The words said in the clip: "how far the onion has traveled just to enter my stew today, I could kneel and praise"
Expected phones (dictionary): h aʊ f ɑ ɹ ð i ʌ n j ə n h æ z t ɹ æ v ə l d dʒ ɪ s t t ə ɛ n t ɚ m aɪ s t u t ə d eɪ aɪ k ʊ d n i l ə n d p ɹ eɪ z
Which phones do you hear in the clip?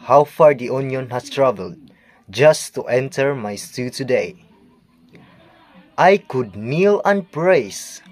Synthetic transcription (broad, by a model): h aʊ f ɑ ɹ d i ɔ n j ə n h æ s t ɹ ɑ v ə l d dʒ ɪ s t t ɛ n t ɚ m aɪ s t u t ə d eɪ aɪ k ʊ d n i l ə n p ɹ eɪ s